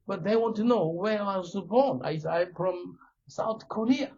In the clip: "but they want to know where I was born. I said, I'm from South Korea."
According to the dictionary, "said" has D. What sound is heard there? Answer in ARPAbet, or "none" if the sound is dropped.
none